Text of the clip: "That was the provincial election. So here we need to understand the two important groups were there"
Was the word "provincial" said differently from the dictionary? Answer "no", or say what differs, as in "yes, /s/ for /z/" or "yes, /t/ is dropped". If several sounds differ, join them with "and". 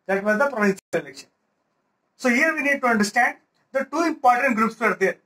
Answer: yes, /s/ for /ʃ/